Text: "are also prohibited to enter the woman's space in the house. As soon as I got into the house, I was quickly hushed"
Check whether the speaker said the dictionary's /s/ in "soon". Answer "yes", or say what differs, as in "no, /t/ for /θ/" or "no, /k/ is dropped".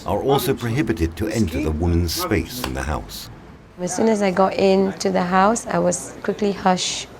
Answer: yes